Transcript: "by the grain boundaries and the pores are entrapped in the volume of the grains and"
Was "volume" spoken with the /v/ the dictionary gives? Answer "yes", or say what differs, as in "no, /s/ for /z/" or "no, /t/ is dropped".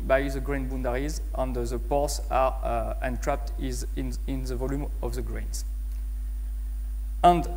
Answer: yes